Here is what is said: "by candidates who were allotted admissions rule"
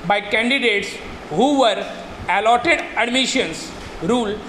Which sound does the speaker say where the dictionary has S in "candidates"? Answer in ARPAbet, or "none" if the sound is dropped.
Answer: S